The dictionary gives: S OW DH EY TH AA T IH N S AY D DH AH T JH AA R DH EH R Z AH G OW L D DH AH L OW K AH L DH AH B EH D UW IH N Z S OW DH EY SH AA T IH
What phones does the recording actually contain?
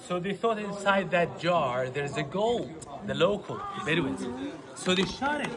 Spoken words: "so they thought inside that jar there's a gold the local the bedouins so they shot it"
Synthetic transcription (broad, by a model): S OW DH EY TH AA T IH N S AY D DH AH T JH AA R DH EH R Z AH G OW L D DH AH L OW K AH L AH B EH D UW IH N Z S OW DH EY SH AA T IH